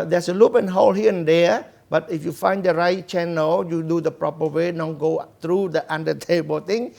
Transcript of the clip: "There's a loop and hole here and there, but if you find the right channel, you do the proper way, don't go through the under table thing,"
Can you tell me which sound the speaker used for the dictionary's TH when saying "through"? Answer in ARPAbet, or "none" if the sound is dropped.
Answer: T